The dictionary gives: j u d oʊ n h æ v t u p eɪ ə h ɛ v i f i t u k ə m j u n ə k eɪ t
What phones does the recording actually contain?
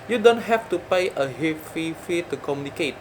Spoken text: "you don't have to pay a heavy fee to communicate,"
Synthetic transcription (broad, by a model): j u d oʊ n h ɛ f t u p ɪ ə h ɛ f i f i t u k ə m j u n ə k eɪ t